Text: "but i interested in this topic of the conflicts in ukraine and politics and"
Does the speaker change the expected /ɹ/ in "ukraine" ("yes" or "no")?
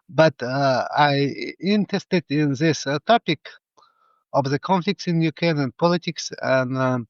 yes